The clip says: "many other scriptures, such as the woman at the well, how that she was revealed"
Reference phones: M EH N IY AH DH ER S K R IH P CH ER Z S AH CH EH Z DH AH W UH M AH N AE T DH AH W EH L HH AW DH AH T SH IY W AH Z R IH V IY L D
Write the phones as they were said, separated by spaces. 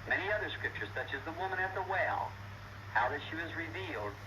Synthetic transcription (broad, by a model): M EH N IY AH DH ER S K R IH P CH ER Z S AH CH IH Z DH AH W UH M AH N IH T DH AH W EH L HH AW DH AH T SH IY W AH Z R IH V IY L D